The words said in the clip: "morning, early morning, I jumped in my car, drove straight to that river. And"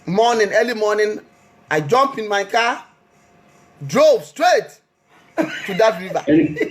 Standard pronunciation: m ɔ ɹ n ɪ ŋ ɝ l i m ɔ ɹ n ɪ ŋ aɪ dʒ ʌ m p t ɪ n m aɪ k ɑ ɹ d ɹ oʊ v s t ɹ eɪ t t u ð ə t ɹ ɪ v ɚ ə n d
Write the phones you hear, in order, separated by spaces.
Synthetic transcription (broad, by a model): m ɔ n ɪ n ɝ l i m ɔ n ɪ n aɪ dʒ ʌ m p ɪ n m aɪ k ɑ d ɹ oʊ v s t ɹ eɪ t t u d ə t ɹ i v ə